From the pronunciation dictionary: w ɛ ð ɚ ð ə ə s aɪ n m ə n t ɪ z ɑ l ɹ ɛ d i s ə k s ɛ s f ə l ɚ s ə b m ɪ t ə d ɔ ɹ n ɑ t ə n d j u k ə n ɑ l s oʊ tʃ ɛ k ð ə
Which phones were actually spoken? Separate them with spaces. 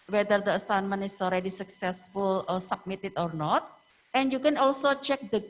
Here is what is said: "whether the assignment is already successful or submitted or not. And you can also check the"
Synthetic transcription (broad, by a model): w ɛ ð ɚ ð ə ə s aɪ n m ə n ɪ s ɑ l ɹ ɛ d i s ə k s ɛ s f ə l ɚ s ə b m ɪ t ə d ɔ ɹ n ɑ t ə n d j u k ə n ɑ l s oʊ tʃ ɛ k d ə